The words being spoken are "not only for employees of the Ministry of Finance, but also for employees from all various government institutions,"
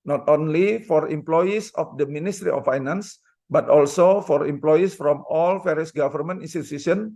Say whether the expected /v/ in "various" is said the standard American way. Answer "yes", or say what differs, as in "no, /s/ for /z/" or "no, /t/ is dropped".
no, /f/ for /v/